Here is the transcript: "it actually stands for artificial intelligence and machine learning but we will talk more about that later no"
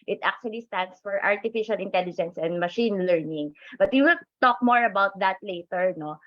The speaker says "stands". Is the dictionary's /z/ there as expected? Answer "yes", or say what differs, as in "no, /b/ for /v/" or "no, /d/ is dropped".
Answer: no, /s/ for /z/